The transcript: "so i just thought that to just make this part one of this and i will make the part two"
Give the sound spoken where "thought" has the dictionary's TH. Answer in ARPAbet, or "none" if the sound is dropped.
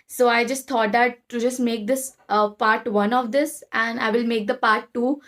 T